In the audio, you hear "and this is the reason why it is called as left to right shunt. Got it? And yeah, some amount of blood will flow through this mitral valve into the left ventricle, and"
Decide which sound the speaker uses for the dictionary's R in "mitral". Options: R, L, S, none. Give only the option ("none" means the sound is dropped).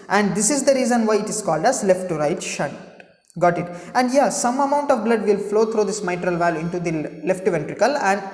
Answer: R